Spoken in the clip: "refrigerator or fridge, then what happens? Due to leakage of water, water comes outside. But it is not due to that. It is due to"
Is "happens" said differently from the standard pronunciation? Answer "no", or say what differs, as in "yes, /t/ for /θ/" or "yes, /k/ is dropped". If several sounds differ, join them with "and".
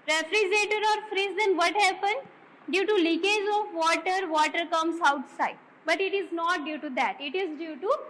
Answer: yes, /z/ is dropped